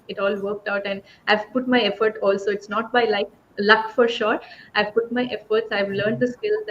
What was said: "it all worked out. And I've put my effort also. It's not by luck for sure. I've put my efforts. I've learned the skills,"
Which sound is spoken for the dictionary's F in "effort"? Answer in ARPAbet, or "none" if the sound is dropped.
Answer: F